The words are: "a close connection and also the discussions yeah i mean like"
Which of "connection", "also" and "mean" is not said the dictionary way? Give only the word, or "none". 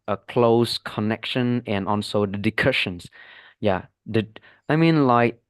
also